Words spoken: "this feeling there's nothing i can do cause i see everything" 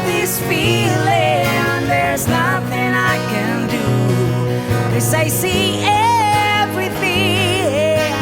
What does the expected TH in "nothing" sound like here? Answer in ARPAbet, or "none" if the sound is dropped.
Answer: TH